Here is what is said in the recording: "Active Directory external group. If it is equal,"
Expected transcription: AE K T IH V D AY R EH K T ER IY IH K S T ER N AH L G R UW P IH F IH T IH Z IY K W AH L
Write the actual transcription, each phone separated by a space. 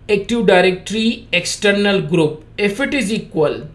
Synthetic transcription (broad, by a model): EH K T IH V D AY R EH K T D IY IH K S T ER N AH L G R UW P IH F IH T IH Z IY K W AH L